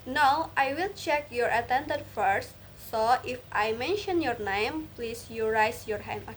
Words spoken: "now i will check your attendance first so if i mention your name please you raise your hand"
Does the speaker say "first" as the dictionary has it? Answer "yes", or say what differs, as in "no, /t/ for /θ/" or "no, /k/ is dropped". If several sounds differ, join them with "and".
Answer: yes